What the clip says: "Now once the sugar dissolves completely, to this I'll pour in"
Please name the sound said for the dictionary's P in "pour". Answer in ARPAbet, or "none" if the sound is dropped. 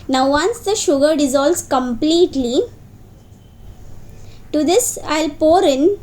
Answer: P